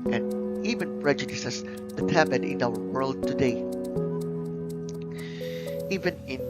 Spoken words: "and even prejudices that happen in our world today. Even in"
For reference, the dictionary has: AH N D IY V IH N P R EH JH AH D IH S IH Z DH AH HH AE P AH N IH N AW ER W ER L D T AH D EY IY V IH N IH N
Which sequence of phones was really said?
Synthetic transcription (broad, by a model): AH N IY V IH N P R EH JH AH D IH S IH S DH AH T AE B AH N IH N AW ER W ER L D T AH D EY IY V IH N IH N